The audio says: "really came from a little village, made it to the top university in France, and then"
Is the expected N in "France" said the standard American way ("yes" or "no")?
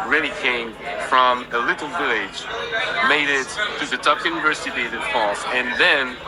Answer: no